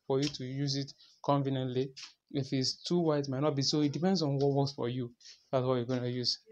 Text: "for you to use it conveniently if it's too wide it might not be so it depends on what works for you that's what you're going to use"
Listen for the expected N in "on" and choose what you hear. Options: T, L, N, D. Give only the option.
N